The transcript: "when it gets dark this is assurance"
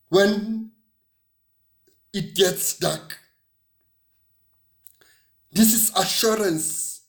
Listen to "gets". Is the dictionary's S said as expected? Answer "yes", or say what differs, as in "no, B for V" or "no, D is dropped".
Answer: yes